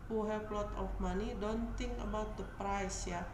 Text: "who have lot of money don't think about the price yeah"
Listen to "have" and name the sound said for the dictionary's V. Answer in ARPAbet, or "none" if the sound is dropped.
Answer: P